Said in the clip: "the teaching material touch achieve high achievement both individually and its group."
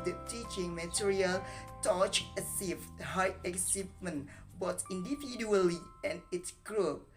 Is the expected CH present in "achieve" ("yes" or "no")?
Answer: no